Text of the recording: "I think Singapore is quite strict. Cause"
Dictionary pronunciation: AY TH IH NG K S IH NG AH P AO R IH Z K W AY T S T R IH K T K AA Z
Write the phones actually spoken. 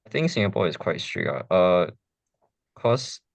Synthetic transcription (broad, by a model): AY TH IH NG K S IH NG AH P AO IH Z K W AY T S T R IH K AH K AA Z